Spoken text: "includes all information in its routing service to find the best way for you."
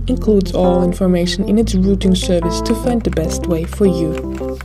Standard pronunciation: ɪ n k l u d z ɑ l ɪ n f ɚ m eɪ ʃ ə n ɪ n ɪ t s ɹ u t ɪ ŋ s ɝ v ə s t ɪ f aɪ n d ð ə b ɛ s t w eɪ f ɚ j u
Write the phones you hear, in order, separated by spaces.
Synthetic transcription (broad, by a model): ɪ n k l u d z ɑ l ɪ n f ɚ m eɪ ʃ ə n ɪ n ɪ t s ɹ u t ɪ ŋ s ɝ v ə s t ɪ f aɪ n d ð ə b ɛ s t w eɪ f ɚ j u